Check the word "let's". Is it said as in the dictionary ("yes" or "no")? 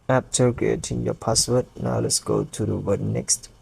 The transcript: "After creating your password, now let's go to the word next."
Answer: yes